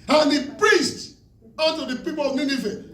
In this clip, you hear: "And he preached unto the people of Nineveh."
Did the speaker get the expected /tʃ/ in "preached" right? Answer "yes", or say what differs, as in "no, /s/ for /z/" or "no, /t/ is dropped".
no, /s/ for /tʃ/